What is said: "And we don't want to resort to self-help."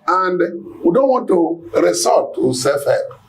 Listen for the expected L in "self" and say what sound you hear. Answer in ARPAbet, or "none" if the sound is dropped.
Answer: none